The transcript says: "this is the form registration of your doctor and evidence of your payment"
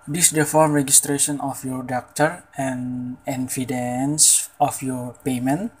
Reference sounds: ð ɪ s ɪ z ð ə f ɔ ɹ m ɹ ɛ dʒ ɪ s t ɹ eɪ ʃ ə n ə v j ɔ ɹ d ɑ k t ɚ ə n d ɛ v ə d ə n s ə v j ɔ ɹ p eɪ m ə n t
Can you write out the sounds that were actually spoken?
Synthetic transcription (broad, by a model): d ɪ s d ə f ɔ ɹ m ɹ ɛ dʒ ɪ s t ɹ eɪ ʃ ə n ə f j ɔ ɹ d ɑ k t ɚ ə n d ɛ f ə d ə n s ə f j ɔ ɹ p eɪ m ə n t